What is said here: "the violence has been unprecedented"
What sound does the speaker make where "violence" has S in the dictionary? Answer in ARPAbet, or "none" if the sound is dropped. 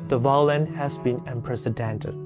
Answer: none